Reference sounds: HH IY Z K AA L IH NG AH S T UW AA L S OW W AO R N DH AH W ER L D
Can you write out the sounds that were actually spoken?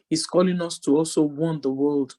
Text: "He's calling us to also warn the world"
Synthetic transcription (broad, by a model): HH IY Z K AA L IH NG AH S T UW AA L S OW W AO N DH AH W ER L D